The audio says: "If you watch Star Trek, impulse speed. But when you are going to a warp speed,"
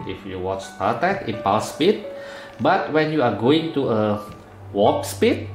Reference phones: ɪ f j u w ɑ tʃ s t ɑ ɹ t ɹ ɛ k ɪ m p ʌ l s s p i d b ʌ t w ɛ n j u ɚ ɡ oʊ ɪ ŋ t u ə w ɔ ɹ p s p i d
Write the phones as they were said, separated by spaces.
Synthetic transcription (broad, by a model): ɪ f j u w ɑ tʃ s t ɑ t ɛ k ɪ p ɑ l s s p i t b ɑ t w ɛ n j u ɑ ɡ oʊ ɪ ŋ t u ə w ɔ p s p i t